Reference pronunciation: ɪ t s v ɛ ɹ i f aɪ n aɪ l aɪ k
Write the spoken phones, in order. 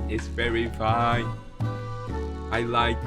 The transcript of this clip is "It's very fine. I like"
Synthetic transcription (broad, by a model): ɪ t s v ɛ ɹ i f aɪ n aɪ l aɪ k